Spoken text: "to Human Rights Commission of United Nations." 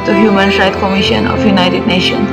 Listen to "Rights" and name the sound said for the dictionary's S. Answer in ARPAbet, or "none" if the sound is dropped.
none